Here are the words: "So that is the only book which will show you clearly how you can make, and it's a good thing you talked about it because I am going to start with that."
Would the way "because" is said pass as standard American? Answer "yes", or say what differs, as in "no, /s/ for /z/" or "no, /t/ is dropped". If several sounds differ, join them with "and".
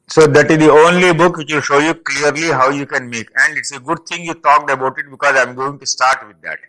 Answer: yes